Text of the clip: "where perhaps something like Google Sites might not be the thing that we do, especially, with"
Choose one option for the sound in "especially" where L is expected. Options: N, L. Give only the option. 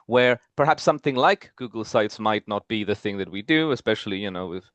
N